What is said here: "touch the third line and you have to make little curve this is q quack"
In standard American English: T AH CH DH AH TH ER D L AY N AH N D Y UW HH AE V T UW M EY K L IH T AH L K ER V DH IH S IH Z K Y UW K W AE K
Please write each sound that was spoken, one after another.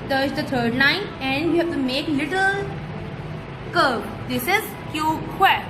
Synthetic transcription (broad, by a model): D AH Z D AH T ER D N AY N AH N D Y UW HH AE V T UW M EY K L IH T AH L K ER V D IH S IH Z K Y UW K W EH